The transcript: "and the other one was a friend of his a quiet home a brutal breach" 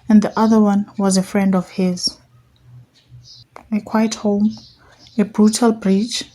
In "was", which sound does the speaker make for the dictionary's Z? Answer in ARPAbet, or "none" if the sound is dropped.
Z